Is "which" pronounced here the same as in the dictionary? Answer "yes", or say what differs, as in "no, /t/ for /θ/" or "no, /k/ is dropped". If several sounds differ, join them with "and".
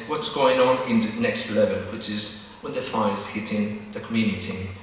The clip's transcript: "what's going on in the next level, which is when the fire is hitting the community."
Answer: yes